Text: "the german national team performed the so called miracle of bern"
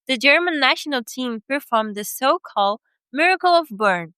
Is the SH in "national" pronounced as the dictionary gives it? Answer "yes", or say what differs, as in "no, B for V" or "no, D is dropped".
yes